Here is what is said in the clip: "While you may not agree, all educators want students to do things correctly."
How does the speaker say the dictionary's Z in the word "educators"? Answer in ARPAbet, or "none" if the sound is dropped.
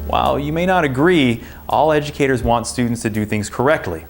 Z